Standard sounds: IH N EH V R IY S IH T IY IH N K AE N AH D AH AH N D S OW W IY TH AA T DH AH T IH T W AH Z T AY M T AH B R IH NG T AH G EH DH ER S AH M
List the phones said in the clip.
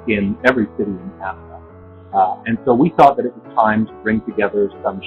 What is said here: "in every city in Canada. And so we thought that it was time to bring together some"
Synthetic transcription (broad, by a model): IH N EH V R IY S IH T IY IH N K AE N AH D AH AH N S OW W IY TH AA T DH AH T IH T W AH Z T AY M T AH B R IH NG T AH G EH DH ER S AH M